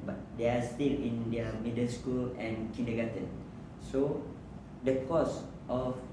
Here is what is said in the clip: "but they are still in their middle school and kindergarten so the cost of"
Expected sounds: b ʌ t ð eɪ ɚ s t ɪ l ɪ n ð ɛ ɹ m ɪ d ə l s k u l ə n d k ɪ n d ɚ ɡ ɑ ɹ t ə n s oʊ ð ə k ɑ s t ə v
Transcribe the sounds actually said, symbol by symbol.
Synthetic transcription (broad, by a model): b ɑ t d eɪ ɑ s t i l ɪ n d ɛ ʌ m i d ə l s k u l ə n k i n d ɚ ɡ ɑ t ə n s oʊ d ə k ɑ s t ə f